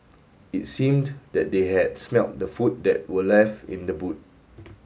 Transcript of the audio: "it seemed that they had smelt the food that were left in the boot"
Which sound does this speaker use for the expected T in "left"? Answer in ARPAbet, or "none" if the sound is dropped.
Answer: none